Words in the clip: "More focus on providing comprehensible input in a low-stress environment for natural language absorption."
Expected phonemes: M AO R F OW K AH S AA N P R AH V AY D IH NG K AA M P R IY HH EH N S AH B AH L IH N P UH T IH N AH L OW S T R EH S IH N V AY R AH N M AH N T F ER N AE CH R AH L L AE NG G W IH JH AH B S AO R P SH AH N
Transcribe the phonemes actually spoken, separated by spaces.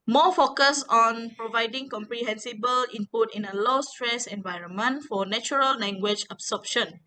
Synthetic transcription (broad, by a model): M AO F OW K AH S AA N P R AH V AY D IH NG K AA M P R IY HH EH N S AH B AH L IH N P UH T IH N AH L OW S T R EH S IH N V AY R AH N M AH N T F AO N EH CH R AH L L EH NG G W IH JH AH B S AO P SH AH N